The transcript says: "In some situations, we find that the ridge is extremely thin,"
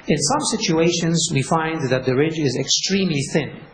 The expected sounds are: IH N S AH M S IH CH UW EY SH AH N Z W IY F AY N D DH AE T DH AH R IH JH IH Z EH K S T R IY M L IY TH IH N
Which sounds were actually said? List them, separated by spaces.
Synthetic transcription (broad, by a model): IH N S AH M S IH CH UW EY SH AH N Z W IY F AY N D DH AE T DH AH R IH JH IH Z EH K S T R IY M L IY TH IH N